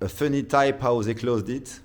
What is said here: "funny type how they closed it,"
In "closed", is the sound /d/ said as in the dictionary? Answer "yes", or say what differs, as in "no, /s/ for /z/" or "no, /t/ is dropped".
yes